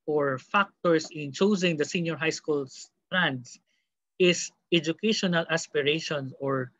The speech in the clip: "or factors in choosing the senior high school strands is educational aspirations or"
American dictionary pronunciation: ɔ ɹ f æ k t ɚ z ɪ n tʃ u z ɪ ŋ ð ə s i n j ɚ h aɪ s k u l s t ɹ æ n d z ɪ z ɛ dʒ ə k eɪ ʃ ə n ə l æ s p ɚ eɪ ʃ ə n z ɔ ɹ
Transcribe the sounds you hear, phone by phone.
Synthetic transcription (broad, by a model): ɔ ɹ f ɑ k t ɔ s ɪ n tʃ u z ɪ ŋ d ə s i n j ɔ h aɪ s k u l s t ɹ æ n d s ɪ s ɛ dʒ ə k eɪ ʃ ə n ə l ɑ s p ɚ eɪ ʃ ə n ɔ ɹ